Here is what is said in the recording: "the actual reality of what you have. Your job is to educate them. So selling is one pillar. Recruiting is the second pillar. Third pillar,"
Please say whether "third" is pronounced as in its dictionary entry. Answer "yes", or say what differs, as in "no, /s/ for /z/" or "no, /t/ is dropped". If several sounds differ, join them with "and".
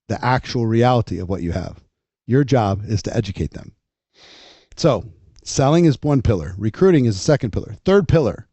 yes